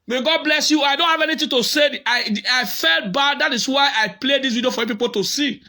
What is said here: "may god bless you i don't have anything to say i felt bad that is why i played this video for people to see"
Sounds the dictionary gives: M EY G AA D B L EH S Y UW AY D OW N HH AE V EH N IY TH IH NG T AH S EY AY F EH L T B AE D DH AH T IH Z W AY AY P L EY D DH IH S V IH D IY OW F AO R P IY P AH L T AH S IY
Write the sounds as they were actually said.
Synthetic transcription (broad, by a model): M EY G AA D B L EH S Y UW AY D OW N HH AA V EH N IY T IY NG T AH S EY AY F EH L T B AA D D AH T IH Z W AY AY P L EY D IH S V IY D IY OW F AO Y P IY P AH L T AH S IY